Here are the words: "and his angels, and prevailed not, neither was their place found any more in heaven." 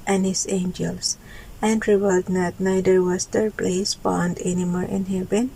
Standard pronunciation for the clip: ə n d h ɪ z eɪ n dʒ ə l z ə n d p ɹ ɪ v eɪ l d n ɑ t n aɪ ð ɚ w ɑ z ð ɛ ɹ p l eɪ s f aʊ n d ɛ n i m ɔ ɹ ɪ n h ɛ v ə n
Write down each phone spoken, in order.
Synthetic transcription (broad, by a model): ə n h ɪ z eɪ n dʒ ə l s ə n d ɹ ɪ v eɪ l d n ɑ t n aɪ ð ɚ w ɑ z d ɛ ɹ p l eɪ s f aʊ n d ɛ n i m ɔ ɹ ɪ n h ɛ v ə n